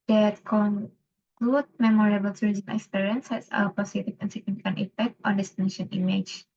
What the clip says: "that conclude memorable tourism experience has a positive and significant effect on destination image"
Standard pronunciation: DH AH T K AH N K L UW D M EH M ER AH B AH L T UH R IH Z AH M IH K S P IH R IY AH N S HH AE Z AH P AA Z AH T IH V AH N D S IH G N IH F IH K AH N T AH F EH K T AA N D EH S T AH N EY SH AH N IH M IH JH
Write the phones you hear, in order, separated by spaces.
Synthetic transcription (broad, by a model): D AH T K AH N K L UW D M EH M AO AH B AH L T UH R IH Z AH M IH K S P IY R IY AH N S HH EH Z AH P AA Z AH T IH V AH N S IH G N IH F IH K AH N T AH F EH K T AA N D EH S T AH N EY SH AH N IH M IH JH